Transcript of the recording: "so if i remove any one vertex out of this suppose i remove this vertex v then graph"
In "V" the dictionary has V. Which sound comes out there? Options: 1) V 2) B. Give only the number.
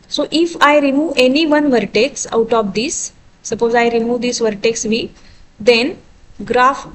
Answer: 1